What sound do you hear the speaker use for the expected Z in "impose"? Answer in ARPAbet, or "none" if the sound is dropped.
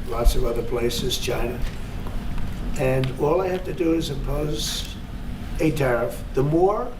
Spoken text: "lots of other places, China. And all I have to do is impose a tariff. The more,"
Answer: Z